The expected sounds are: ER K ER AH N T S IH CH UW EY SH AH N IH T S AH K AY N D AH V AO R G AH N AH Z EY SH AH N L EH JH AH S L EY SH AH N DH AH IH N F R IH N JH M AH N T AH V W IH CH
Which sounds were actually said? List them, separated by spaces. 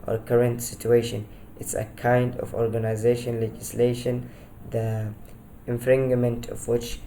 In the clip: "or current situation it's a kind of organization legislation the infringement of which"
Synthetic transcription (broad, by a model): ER K ER AH N T S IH CH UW EY SH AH N IH T S AH K AY N D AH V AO R G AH N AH Z EY SH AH N L EH JH AH S L EY SH AH N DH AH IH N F R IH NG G M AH N T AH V W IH CH